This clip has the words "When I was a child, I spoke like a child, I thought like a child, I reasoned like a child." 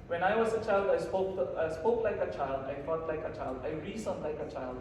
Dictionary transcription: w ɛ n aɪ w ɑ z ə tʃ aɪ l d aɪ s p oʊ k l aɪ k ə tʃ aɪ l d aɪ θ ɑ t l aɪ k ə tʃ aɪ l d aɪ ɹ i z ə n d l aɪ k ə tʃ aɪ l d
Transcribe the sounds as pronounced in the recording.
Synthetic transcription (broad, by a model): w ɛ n aɪ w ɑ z ə tʃ aɪ l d aɪ s p oʊ k l aɪ k ə tʃ aɪ l d aɪ f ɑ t l aɪ k ə tʃ aɪ l d aɪ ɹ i s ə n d l aɪ k ə tʃ aɪ l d